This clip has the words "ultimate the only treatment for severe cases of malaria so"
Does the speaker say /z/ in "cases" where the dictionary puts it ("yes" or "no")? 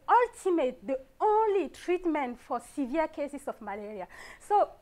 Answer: no